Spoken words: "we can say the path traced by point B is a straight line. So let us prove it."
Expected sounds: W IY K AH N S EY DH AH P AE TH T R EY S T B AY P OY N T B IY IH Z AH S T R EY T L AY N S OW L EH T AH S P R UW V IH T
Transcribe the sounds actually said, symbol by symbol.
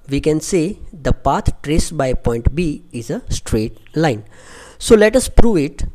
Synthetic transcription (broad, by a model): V IY K AH N S EY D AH P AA T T R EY S B AY P OY N T B IY IH Z AH S T R EY T L AY N S OW L EH T AH S P R UW V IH T